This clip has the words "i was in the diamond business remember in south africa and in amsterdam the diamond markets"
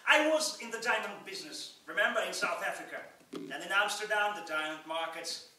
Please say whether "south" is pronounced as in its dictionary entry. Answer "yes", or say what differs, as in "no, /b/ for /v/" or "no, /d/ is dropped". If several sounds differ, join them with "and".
yes